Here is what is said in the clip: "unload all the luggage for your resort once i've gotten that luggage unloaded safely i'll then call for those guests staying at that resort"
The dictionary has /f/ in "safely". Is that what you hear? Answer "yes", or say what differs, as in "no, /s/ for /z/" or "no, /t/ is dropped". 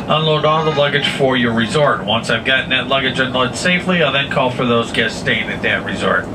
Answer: yes